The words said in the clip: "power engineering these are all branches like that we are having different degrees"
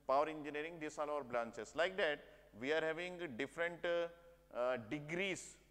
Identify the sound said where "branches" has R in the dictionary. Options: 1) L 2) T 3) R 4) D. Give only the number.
1